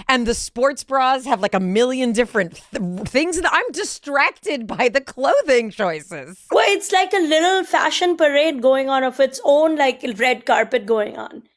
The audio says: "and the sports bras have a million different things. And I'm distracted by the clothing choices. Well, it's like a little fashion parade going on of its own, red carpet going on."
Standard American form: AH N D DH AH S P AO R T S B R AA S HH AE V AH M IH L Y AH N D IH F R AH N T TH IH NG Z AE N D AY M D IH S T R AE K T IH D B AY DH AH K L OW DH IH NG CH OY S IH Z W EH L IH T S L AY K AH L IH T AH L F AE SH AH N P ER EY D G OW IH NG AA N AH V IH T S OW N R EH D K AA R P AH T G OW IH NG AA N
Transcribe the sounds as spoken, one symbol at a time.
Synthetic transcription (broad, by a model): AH N DH AH S P AO R T S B R AA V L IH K AH M IH L Y AH N D IH F R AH N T TH IH NG Z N AY M D IH S T R AE K T IH D B AY DH AH K L OW DH IH NG CH OY S IH Z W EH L IH T S L AY K AH L IH T AH L F AE SH AH N P ER EY D G OW IH NG AA N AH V IH T S OW N R EH D K AA R P AH T G OW IH NG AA N